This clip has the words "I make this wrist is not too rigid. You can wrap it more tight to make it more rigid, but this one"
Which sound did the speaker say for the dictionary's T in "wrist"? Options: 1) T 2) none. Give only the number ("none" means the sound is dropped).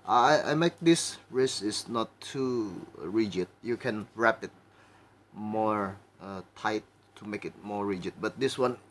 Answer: 2